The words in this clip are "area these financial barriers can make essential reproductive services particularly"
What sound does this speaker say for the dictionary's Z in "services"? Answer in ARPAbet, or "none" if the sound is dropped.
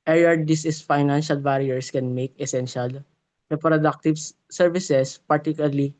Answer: S